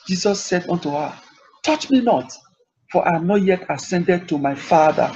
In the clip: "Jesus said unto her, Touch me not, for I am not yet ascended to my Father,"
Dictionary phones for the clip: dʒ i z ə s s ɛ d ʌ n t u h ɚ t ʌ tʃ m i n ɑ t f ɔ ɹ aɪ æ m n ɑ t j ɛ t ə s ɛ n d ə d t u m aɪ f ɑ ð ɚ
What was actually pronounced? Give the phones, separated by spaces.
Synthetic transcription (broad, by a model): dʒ i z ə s s ɛ d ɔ n t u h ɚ t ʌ tʃ m i n ɑ t f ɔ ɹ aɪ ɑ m n ɑ t j ɛ t ə s ɛ n d ə d t u m aɪ f ɑ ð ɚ